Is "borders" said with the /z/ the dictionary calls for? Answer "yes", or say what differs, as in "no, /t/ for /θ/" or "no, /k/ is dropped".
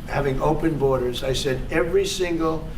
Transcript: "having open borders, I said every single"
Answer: yes